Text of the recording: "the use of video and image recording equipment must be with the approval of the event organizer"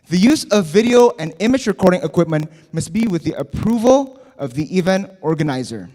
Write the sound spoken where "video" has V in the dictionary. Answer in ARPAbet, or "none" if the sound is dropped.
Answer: V